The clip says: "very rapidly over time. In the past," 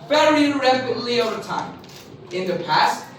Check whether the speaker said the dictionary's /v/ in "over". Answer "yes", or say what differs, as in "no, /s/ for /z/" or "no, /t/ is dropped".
yes